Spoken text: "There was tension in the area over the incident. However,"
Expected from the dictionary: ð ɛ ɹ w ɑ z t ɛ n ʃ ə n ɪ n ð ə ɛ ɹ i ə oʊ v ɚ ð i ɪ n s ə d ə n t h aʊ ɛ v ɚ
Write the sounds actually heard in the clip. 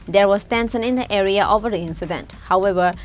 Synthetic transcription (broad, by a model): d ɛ ɹ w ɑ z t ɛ n s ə n ɪ n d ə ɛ ɹ i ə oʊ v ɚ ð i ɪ n s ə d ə n t h aʊ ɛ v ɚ